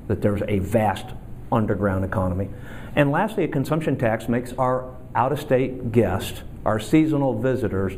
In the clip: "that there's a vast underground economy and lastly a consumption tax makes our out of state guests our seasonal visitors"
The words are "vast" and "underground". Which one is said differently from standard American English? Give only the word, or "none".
none